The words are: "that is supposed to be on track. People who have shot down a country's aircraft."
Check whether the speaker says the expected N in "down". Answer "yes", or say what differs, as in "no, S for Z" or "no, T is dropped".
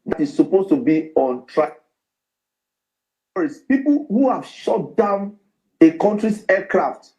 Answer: yes